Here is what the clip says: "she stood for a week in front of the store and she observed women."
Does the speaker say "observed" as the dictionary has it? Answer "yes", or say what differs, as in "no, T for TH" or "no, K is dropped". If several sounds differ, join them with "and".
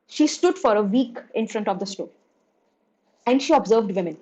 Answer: yes